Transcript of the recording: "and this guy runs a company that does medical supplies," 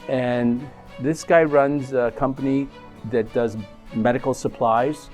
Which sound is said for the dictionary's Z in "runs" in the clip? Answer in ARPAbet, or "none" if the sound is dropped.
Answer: Z